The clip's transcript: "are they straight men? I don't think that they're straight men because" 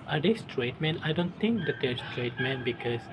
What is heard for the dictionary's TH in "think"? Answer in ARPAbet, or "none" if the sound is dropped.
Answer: T